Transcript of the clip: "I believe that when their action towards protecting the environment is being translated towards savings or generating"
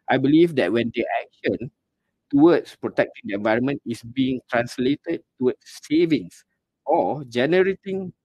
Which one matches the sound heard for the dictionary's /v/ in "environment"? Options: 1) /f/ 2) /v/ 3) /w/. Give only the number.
2